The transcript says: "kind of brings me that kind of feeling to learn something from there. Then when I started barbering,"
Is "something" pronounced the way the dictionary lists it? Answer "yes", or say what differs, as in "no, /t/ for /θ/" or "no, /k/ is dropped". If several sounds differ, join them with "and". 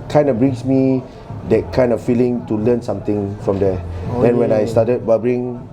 no, /t/ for /θ/